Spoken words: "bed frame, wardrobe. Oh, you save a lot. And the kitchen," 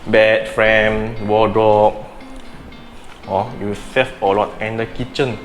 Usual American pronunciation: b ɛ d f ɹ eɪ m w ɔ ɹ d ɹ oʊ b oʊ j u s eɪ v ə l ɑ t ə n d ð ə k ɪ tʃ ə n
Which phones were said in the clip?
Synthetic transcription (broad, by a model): b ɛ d f ɹ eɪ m w ɔ d ɹ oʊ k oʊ j u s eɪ f ə l ɑ t ə n d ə k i tʃ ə n